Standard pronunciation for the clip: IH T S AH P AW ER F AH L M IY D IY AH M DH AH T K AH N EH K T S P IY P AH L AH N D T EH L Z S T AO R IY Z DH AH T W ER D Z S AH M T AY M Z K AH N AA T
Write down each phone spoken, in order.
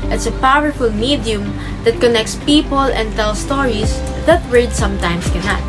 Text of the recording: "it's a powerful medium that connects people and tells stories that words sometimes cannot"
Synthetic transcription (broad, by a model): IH T S AH P AW ER F AH L M IY D IY AH M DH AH T K AH N EH K T S P IY P AH L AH N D T EH L S T AO R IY S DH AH T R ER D S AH M T AY M S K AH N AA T